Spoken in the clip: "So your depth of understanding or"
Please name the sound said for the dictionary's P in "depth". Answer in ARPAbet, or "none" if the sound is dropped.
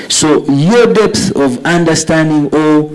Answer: P